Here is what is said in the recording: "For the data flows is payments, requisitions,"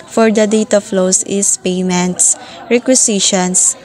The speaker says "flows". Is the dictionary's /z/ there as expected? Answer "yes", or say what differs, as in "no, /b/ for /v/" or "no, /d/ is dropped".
no, /s/ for /z/